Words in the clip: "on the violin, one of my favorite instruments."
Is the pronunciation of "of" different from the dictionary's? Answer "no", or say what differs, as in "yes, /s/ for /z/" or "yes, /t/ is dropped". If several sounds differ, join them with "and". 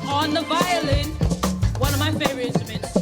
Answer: no